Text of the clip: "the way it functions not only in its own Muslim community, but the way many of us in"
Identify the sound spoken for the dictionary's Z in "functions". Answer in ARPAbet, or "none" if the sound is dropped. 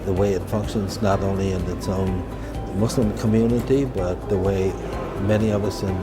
Z